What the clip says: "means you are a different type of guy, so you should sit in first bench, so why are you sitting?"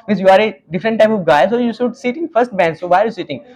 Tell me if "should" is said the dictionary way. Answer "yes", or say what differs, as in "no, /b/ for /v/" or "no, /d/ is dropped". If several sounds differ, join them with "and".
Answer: no, /s/ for /ʃ/